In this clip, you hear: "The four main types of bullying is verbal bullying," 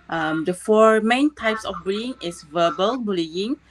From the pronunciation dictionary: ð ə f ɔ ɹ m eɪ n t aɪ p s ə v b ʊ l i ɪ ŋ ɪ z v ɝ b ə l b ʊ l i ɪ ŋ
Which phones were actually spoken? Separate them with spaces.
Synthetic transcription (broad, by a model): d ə f ɔ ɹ m eɪ n t aɪ p s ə f b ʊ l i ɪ ŋ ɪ s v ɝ b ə l b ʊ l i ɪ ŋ